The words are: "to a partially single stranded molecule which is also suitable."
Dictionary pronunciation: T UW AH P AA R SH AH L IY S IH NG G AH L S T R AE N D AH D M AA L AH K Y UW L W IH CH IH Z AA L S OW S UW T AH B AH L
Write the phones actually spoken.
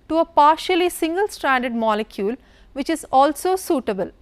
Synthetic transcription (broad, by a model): T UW AH P AA R SH AH L IY S IH NG G AH L S T R AE N D AH D M AA L AH K Y UW L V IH CH IH Z AA L S OW S UW T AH B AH L